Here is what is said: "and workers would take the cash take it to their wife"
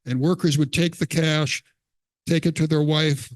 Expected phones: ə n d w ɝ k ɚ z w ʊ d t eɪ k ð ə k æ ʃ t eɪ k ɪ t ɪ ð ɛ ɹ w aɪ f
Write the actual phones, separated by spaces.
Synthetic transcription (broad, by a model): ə n w ɝ k ɚ z w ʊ d t eɪ k ð ə k æ ʃ t eɪ k ɪ t ɪ ð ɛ ɹ w aɪ f